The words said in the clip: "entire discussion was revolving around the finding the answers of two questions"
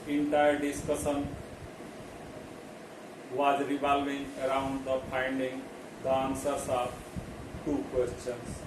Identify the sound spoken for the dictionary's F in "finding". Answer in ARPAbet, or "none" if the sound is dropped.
P